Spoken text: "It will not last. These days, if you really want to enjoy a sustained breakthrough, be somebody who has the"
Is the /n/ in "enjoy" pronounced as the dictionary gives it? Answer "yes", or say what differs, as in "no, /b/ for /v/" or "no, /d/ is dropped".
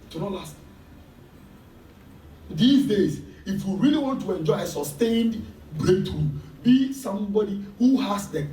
yes